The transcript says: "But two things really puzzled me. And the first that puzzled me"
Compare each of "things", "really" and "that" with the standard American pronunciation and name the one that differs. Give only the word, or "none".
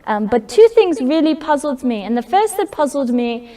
none